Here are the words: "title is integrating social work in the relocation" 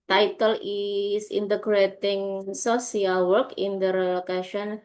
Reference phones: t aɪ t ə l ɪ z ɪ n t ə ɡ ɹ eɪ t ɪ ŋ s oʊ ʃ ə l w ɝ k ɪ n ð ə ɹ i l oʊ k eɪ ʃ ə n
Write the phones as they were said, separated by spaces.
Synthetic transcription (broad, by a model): t aɪ t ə l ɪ s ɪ n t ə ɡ ɹ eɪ t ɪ ŋ s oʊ s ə l w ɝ k ɪ n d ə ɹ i l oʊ k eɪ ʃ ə n